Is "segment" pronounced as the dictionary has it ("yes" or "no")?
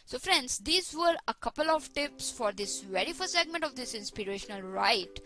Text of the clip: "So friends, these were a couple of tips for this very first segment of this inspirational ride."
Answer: yes